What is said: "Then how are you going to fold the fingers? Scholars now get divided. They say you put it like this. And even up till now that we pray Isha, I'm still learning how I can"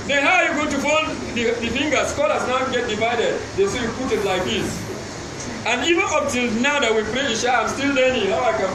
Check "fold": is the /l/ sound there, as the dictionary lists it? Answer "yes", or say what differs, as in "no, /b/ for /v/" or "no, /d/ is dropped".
no, /n/ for /l/